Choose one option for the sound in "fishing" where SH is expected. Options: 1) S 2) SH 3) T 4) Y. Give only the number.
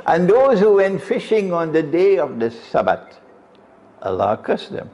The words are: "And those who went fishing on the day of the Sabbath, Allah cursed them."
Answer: 2